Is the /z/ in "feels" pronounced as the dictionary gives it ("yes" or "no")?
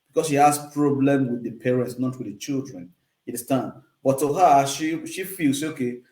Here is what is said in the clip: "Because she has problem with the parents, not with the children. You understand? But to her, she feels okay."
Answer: no